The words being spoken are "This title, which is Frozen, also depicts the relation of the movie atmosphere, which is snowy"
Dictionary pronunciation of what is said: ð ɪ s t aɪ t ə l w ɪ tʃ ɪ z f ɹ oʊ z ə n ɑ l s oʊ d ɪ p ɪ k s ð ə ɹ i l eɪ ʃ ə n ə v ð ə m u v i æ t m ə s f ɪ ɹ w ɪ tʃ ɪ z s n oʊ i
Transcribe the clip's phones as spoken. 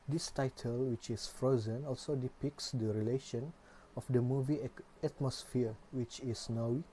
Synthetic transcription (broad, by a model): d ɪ s t aɪ t ə l w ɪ tʃ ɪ s f ɹ oʊ z ə n ɑ l s oʊ d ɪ p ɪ k s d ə ɹ i l eɪ ʃ ə n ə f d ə m u v i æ t m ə s f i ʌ w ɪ tʃ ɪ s n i